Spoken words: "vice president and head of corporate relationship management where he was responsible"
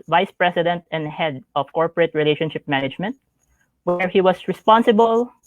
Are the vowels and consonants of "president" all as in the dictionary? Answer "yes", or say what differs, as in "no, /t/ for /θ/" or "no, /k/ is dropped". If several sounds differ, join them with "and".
no, /s/ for /z/